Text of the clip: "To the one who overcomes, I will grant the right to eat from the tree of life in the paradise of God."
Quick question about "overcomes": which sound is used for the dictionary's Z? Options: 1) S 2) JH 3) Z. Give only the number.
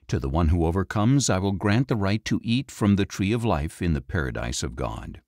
3